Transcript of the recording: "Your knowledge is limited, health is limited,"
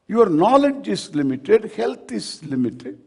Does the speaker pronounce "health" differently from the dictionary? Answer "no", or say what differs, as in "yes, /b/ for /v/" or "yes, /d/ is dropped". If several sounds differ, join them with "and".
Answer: yes, /t/ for /θ/